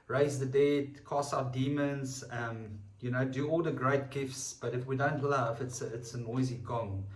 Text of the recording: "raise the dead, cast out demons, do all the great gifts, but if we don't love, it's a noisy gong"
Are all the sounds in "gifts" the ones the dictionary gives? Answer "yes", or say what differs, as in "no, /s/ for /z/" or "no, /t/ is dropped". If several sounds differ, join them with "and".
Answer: yes